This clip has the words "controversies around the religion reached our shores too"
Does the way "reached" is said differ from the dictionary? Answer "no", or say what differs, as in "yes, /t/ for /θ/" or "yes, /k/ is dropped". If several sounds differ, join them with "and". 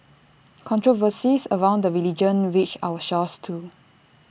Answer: yes, /w/ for /ɹ/ and /t/ is dropped